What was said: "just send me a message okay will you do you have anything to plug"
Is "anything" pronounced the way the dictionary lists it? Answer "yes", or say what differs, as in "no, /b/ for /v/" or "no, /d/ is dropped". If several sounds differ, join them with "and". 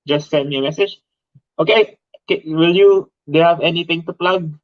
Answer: no, /t/ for /θ/